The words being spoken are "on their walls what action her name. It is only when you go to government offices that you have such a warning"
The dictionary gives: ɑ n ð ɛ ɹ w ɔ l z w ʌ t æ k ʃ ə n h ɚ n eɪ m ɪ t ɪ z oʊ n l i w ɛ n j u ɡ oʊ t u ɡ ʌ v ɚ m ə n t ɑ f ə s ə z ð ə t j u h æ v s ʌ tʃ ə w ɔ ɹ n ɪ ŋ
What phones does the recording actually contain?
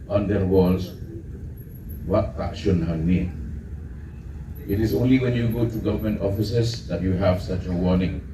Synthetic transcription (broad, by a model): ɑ n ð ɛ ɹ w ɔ l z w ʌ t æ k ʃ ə n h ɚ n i ɪ t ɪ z oʊ n l i w ɛ n j u ɡ oʊ t u ɡ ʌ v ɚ m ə n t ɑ f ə s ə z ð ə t j u h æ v s ʌ tʃ ə w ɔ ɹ n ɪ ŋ